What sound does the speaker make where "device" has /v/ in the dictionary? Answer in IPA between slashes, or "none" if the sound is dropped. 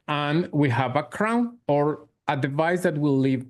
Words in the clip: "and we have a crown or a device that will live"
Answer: /v/